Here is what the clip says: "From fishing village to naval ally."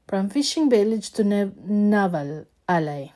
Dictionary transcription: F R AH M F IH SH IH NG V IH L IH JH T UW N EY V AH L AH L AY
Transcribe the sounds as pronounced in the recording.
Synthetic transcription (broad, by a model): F R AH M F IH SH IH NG B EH L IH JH T UW N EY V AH L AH L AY